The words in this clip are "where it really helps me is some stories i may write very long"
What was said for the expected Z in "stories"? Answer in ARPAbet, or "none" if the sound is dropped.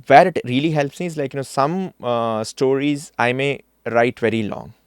Z